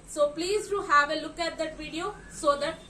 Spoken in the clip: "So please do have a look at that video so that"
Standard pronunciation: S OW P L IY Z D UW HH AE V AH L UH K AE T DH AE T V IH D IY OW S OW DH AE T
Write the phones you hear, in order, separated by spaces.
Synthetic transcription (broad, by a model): S OW P L IY Z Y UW HH AE V AH L UH K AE T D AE T V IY D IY OW S OW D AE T